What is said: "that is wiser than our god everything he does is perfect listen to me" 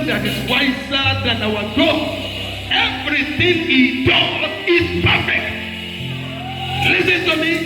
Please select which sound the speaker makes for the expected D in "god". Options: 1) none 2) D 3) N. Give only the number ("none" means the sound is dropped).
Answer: 1